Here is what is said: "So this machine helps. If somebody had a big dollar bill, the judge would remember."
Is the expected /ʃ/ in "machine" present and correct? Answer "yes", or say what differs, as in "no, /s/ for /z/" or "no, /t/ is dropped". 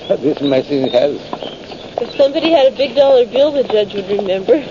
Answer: no, /s/ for /ʃ/